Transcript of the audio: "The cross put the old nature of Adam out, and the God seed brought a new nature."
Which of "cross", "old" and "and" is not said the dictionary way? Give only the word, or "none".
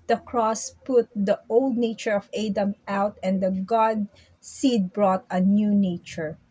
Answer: none